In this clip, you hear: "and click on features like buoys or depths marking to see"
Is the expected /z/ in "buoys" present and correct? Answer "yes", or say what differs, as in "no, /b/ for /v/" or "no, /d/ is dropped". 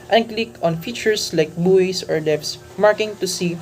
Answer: no, /s/ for /z/